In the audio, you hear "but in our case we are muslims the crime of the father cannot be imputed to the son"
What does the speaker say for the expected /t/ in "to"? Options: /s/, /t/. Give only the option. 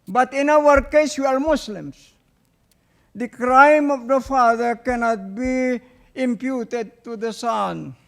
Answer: /t/